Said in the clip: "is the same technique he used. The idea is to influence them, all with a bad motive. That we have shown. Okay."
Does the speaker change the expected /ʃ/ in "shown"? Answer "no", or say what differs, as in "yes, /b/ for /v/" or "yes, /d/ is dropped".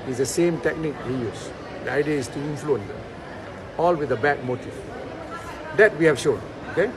no